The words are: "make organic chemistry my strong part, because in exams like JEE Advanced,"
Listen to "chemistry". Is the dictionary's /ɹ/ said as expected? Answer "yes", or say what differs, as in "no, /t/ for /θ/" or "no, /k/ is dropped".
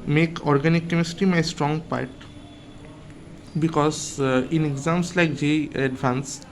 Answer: no, /ɹ/ is dropped